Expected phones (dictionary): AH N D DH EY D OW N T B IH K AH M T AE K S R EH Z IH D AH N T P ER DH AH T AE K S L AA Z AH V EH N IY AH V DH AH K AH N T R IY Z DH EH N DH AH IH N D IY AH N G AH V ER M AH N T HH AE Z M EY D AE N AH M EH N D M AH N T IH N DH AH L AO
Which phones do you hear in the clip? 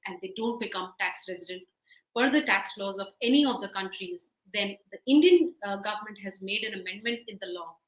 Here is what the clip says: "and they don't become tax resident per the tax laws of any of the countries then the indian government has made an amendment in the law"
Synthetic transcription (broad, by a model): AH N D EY D OW N T B IH K AH M T AE K S R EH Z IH D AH N T F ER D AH T AE K S L AA Z AH V EH N IY AH V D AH K AH N T R IY Z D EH N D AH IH N D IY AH N G AH V ER M AH N T HH AE Z M EY D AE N AH M EH N D M AH N T IH N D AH L AO